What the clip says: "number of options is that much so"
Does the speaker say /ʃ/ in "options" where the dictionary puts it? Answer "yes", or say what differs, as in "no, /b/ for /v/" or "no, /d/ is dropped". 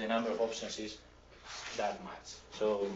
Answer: no, /s/ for /ʃ/